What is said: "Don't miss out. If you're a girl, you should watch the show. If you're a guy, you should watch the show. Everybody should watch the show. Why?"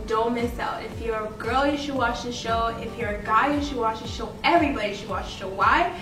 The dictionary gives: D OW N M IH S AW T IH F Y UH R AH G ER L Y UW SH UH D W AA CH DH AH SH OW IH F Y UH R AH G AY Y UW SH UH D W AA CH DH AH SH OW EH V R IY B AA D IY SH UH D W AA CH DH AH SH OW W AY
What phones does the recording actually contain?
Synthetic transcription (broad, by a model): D OW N M IH S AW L IH F Y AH R AH G ER L Y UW SH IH D W AA CH DH AH SH OW IH F Y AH R AH G AY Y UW SH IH D W AA CH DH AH SH OW EH V R IY B AA D IY SH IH D W AA CH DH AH SH OW W AY